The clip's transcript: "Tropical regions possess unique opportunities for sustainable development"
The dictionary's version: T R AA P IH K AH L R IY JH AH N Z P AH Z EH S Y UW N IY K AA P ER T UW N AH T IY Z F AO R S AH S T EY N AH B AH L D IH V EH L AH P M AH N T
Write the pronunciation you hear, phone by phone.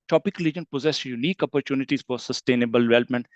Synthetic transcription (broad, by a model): T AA P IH K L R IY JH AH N P AH Z EH S Y UW N IY K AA P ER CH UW N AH T IY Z F AO R S AH S T EY N AH B AH L D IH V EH L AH P M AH N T